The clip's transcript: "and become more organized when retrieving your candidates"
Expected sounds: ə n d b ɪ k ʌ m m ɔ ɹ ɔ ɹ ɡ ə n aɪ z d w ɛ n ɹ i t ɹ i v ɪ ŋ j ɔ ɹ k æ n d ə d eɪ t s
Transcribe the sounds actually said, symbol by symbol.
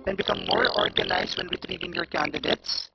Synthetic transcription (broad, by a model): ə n b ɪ k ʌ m m ɔ ɹ ɔ ɹ ɡ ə n aɪ s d w ɛ n ɹ i t ɹ i v ɪ ŋ j ɔ ɹ k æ n d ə d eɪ t s